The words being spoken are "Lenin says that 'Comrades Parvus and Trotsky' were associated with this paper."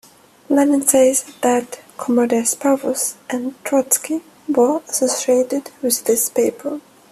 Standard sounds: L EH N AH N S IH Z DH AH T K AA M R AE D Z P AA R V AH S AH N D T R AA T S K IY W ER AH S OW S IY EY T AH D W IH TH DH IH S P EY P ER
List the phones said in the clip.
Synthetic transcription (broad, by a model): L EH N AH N S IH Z DH AH T K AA M AH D S P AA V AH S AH N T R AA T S K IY W ER AH S OW S IY EY T AH D W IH DH IH S P EY P ER